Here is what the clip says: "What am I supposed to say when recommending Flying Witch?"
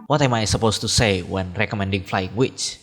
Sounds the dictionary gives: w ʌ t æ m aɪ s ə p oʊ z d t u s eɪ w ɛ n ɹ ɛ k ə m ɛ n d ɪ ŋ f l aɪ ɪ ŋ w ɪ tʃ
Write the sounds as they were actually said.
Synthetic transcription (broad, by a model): w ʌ t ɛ m aɪ s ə p oʊ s t u s eɪ w ɛ n ɹ ɛ k ə m ɛ n d ɪ ŋ f l aɪ ɪ ŋ w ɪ tʃ